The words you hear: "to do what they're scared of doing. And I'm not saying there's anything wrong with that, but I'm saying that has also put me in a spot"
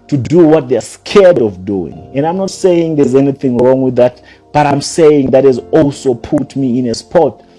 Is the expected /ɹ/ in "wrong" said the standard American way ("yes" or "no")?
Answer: yes